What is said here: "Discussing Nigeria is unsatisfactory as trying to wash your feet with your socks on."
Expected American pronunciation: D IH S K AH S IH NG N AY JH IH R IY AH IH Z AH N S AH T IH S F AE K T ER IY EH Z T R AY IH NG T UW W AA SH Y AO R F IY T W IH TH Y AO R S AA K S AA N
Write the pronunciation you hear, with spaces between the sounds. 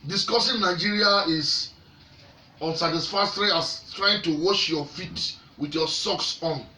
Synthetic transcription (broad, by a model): D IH S K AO S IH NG N AY JH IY R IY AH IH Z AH N S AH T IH S F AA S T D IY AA S T R AY IH NG T UW W AA SH Y AO F IY T W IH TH Y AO S AA K S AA N